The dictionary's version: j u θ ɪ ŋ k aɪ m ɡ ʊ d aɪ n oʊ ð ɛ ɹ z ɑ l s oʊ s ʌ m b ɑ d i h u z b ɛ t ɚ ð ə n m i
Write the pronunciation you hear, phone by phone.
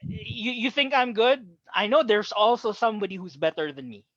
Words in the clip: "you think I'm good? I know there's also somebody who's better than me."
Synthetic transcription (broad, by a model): j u θ ɪ ŋ k aɪ m ɡ ʊ d aɪ n oʊ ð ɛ ɹ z ɑ l s oʊ s ʌ m b ɑ d i h u z b ɛ t ɚ ð ə n m i